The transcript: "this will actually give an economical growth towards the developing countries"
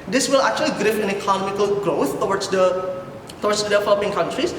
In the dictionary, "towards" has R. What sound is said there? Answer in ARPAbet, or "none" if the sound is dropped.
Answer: W